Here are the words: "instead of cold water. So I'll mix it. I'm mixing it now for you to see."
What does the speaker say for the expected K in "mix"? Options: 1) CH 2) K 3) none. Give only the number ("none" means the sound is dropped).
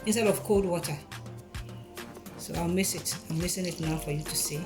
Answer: 3